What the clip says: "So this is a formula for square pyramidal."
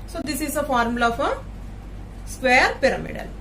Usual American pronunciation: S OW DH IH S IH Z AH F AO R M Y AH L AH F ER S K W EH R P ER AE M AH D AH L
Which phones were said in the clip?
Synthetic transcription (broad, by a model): S OW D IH S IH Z AH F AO R M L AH AH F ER S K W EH R P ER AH M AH D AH L